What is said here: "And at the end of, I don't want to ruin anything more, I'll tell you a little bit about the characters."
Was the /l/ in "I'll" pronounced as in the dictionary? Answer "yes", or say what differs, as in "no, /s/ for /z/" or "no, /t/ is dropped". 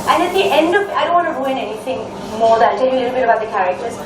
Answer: no, /n/ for /l/